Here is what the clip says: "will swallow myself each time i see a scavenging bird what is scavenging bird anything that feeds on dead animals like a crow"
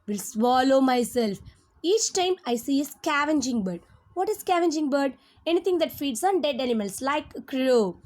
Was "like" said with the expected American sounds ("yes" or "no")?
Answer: no